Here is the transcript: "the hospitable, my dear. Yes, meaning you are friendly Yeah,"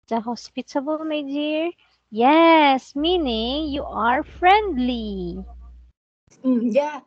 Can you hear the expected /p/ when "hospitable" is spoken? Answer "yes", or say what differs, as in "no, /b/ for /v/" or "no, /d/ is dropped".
yes